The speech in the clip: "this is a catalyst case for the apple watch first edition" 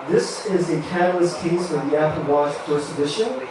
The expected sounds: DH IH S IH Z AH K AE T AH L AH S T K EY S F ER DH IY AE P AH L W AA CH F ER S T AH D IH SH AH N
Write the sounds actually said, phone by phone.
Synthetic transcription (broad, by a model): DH IH S IH Z AH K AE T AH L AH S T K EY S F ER DH IY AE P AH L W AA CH P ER S AH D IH SH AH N